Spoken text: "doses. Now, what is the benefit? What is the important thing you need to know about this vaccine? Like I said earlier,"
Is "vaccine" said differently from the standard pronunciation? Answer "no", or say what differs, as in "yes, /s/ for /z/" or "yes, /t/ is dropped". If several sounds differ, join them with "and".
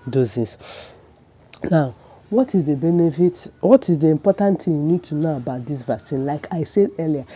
yes, /k/ is dropped